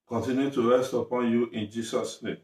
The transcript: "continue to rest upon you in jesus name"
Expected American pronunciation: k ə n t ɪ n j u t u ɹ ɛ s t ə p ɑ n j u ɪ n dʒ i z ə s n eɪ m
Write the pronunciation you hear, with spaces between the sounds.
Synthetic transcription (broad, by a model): k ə n t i n j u t u ɹ ɛ s t ə p ɑ n j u ɪ n dʒ i s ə s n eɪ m